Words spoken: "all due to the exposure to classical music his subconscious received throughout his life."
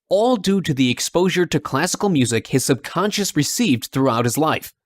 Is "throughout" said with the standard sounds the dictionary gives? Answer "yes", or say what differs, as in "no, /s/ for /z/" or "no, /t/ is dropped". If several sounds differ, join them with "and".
yes